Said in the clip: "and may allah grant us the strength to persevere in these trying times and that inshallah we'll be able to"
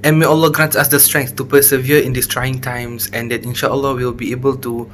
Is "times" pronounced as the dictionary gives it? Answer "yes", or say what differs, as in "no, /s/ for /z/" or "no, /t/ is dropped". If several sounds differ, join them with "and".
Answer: no, /s/ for /z/